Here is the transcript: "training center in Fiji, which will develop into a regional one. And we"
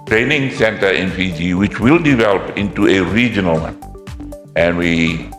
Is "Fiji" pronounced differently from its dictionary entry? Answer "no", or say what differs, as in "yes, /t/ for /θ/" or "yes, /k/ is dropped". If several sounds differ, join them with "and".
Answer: yes, /p/ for /f/